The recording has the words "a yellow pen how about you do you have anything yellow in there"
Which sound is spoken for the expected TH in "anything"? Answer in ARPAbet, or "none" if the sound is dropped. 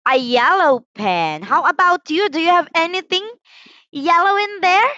TH